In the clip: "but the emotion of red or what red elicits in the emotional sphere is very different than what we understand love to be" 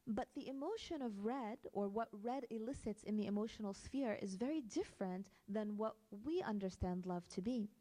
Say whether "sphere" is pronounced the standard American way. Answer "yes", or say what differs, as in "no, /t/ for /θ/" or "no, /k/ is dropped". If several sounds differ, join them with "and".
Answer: yes